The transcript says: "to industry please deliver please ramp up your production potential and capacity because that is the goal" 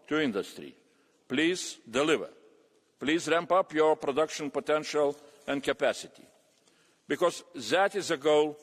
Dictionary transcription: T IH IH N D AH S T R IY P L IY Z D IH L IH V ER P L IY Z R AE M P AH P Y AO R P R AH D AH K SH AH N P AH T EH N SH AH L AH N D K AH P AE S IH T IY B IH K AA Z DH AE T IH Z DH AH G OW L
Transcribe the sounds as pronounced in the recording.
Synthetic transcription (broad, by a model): T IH IH N D AH S T R IY P L IY Z D IH L IH V ER P L IY Z R AE M P AH P Y AO R P R AH D AH K SH AH N P AH T EH N SH AH L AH N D K AH P AE S IH T IY B IH K AA Z DH AE T IH Z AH G OW L